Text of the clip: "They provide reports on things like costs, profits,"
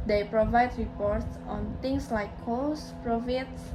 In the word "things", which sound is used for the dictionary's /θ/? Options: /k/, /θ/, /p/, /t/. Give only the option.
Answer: /t/